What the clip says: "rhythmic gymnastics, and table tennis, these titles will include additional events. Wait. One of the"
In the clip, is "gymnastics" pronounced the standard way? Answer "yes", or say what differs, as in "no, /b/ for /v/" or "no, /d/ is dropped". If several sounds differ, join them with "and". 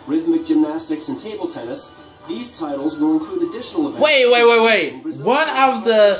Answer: yes